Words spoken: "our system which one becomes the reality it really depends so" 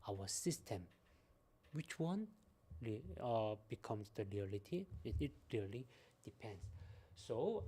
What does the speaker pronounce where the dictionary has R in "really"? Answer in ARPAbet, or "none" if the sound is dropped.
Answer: L